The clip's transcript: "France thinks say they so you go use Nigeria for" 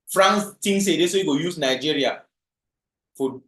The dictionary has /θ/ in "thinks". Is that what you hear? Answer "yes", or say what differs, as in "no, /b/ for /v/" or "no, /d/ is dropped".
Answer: no, /t/ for /θ/